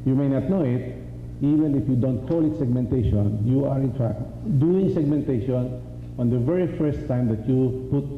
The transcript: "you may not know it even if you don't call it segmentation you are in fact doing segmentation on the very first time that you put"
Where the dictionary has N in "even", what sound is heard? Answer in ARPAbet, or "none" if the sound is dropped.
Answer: N